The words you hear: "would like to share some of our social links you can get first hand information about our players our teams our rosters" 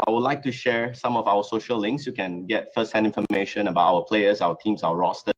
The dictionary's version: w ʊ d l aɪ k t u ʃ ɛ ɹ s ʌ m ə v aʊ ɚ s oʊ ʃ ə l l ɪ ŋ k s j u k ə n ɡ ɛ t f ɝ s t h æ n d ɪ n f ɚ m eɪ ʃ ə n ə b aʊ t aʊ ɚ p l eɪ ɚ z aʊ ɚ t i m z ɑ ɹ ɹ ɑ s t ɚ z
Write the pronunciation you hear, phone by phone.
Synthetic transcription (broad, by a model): w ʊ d l aɪ k t u ʃ ɛ ɹ s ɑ m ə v aʊ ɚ s oʊ ʃ ə l l ɪ ŋ k s j u k ə n ɡ ɛ t f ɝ s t h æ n ɪ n f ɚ m eɪ ʃ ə n ə b aʊ t aʊ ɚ p l eɪ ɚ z aʊ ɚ t i m s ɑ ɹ ɹ ɑ s t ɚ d